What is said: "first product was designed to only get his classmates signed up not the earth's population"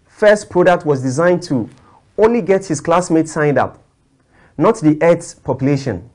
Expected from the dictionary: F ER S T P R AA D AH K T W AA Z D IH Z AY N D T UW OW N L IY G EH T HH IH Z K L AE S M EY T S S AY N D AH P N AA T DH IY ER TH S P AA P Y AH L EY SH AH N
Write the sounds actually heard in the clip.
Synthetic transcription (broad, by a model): F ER S T P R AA D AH K T W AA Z D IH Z AY N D T UW OW N L IY G EH T HH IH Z K L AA S M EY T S S AY N D AH P N AA T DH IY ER T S P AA P Y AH L EY SH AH N